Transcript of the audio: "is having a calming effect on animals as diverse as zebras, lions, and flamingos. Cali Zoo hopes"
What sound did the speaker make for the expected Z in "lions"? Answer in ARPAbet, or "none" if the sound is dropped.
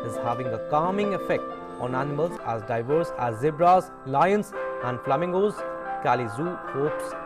S